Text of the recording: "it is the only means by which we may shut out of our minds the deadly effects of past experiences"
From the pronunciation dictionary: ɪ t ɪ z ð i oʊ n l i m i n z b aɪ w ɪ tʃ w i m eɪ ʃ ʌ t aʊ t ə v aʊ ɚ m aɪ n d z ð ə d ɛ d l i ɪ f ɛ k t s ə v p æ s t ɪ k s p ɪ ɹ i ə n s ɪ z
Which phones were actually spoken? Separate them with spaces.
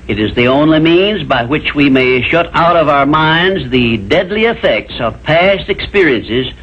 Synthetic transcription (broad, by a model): ɪ t ɪ z ð i oʊ n l i m i n z b aɪ w ɪ tʃ w i m eɪ ʃ ʌ t aʊ t ə v aʊ ɚ m aɪ n d z ð ə d ɛ d l i ɪ f ɛ k t s ə v p æ s t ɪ k s p ɪ ɹ i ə n s ɪ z